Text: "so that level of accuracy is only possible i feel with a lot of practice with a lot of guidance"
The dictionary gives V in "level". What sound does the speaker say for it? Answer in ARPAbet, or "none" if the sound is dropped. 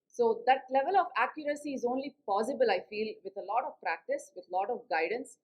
V